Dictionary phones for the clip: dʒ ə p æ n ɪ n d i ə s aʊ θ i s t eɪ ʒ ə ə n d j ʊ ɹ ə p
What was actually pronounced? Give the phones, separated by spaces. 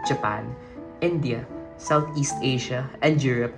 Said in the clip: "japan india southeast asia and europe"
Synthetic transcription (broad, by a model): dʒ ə p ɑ n ɪ n d i ə s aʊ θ i s t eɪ ʃ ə ə n d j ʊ ɹ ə p